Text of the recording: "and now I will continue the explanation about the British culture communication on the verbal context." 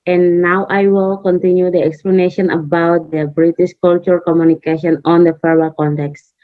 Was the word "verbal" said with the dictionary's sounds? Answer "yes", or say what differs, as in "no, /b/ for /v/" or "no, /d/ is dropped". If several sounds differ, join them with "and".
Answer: no, /f/ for /v/